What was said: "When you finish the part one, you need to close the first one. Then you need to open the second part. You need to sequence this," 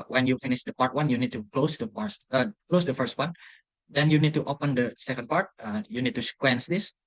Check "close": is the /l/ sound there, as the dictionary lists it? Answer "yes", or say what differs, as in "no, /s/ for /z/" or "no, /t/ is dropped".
yes